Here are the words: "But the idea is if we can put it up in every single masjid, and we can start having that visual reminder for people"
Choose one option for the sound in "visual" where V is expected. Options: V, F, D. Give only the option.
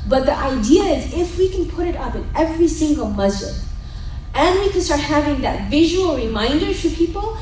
V